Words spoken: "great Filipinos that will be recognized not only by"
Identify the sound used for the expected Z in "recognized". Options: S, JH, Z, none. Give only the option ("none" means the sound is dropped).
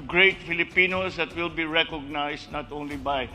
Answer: S